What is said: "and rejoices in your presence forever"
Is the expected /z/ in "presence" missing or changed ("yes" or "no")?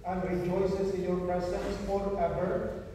yes